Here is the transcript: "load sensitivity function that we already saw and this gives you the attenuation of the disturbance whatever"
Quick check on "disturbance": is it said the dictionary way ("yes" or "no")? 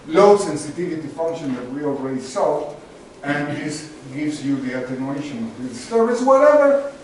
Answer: no